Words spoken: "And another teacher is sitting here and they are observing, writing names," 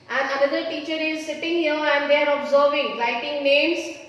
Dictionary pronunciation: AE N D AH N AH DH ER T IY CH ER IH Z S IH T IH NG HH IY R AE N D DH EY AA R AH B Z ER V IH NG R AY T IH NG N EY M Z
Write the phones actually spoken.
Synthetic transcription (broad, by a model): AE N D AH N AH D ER T IY CH ER IH Z S IH T IH NG HH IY R AE N D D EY AA R AH B Z ER V IH NG L AY T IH NG N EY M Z